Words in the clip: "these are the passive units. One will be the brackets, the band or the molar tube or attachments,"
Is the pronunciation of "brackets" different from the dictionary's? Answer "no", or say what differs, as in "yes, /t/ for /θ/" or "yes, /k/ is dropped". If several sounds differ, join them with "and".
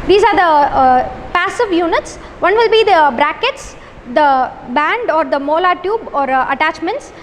no